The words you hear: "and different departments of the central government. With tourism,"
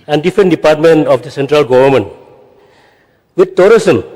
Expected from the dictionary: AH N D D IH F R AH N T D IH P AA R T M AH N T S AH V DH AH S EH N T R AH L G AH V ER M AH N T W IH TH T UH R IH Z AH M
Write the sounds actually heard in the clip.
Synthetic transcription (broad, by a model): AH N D D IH F R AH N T D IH P AA R T M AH N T AH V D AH S EH N T R AH L G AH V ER M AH N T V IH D T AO R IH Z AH M